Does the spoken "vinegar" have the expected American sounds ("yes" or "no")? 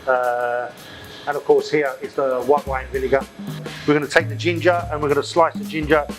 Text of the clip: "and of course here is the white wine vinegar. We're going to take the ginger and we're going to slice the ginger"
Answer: no